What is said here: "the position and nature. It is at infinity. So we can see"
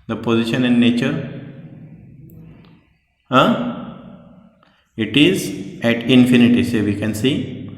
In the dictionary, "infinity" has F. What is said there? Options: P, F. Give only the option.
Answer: F